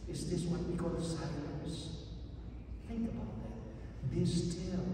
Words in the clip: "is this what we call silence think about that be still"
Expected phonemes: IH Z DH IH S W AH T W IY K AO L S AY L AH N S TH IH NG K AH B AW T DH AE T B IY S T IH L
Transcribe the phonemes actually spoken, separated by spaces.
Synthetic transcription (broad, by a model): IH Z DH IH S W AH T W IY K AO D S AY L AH S TH IH NG K AH B AW T DH AE T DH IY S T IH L